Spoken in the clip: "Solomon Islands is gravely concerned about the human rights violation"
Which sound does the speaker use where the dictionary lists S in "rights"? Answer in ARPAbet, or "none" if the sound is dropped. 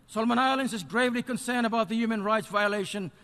S